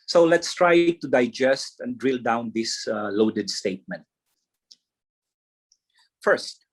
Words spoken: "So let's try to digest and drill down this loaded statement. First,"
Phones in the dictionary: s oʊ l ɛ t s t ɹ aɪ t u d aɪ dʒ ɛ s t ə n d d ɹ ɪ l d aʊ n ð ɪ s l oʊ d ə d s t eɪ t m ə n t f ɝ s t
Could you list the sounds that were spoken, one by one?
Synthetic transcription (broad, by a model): s oʊ l ɛ t s t ɹ aɪ t u d aɪ dʒ ɛ s t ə n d d ɹ ɪ l d aʊ n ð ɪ s l oʊ d ə d s t eɪ t m ə n t f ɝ s t